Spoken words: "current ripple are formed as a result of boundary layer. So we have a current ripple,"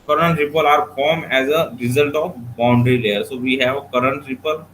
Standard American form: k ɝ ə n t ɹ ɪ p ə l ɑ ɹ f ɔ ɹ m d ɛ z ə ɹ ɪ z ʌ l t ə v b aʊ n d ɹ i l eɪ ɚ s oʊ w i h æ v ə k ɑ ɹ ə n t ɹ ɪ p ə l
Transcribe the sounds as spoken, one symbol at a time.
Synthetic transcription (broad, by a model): k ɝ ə n t ɹ ɪ p ə l ɑ ɹ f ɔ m ɛ z ə ɹ ɪ z ʌ l t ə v b aʊ n d ɹ i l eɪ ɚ s oʊ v i h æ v ə k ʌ ɹ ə n t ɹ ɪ p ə l